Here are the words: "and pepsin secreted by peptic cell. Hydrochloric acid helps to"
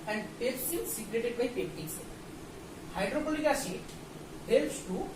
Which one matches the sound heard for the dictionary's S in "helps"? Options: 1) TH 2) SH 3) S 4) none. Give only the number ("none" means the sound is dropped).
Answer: 3